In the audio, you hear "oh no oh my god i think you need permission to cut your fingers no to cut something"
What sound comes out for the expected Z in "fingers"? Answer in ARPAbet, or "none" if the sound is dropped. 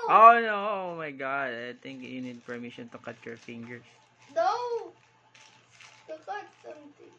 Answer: S